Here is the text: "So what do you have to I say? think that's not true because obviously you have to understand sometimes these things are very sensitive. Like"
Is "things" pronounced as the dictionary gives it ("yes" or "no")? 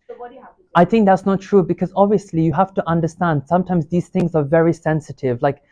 yes